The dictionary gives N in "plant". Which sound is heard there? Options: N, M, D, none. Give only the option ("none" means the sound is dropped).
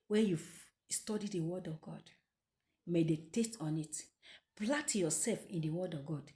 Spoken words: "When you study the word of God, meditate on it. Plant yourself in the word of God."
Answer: none